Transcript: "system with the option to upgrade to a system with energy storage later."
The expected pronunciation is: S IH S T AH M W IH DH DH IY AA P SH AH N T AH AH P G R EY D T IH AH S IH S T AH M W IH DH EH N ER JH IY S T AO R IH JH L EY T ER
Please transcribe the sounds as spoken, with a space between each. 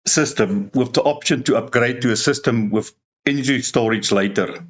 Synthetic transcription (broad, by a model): S IH S T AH M W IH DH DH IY AA P SH AH N T AH AH P G R EY D T IH AH S IH S T AH M W IH DH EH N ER IY S T AO R IH JH L EY T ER